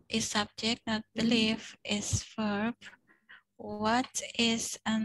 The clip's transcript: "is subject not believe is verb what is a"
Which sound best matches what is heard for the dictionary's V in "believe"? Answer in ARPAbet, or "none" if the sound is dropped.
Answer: F